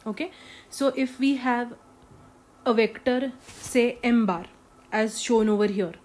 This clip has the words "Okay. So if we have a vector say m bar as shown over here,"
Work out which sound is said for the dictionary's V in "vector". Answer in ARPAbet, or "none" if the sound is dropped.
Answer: V